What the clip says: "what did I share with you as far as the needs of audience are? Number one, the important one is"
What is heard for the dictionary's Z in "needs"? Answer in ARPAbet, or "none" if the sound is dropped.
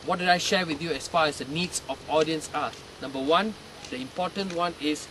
S